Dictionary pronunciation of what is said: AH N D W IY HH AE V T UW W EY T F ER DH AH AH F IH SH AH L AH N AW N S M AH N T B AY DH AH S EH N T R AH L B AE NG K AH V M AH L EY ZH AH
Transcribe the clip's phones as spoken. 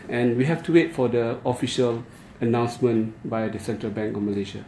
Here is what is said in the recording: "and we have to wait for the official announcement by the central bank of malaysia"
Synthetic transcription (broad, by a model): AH N W IY HH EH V T UW W EY T F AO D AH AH F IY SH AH L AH N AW N S M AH N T B AY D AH S EH N T R AH L B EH NG K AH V M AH L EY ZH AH